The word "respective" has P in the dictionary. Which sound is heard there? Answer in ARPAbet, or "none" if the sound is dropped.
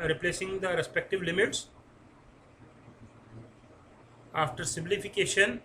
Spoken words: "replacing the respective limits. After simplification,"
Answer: P